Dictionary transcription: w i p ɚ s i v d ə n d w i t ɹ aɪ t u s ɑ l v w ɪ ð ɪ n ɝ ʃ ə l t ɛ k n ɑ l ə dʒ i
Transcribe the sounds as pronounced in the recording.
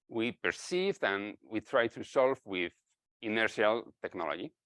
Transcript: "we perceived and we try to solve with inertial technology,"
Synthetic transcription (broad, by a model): w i p ɚ s i v d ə n w i t ɹ aɪ t u s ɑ l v w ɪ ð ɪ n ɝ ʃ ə l t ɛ k n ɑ l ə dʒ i